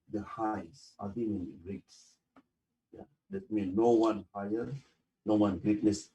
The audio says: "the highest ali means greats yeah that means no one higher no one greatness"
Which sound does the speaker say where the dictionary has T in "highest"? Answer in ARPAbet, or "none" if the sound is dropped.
none